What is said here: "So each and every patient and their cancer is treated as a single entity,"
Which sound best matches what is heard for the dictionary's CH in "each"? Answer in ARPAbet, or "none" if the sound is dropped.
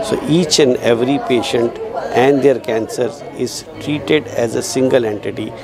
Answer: CH